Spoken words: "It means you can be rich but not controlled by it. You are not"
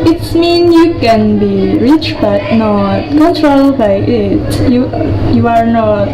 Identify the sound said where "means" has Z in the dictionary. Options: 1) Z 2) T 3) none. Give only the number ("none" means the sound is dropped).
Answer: 3